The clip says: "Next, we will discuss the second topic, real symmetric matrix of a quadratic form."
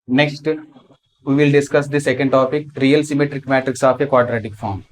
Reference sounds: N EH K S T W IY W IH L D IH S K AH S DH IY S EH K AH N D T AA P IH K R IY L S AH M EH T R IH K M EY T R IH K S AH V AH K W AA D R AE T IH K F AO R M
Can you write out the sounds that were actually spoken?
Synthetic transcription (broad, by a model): N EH K S T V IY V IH L D IH S K AH S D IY S EH K AH N D T AA P IH K R IY L S AH M EH T R IH K M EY T R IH K S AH P AH K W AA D R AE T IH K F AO R M